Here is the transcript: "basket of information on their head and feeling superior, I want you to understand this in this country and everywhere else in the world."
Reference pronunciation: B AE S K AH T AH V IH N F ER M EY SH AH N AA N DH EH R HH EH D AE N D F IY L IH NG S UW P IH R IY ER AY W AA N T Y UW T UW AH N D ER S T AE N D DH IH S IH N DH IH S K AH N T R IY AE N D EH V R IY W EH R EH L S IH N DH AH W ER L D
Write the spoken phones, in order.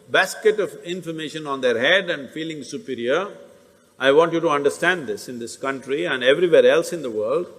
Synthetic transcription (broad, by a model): B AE S K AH T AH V IH N F ER M EY SH AH N AA N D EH R HH EH D AE N D F IY L IH NG S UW P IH R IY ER AY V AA N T Y UW T UW AH N D ER S T AE N D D IH S IH N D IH S K AH N T R IY AE N D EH V R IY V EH R EH L S IH N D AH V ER L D